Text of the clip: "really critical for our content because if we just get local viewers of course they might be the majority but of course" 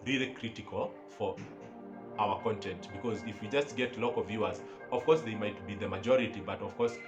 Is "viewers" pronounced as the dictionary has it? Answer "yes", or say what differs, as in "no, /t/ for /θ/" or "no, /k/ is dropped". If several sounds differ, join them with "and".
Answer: yes